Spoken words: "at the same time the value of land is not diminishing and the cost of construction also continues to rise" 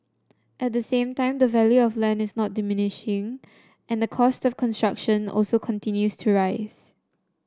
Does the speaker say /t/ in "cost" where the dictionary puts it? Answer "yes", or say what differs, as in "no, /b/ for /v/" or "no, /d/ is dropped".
yes